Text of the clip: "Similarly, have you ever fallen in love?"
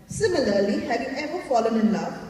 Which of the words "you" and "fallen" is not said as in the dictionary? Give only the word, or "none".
none